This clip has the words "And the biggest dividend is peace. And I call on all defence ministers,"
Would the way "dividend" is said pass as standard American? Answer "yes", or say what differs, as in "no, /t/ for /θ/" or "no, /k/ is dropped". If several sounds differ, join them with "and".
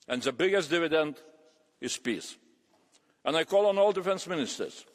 yes